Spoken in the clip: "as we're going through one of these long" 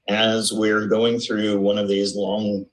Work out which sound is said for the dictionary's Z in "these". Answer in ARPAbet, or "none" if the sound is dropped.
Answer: Z